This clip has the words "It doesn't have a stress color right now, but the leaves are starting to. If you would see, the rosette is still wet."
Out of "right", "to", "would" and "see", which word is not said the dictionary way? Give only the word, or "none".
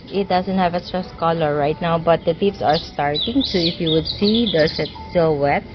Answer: to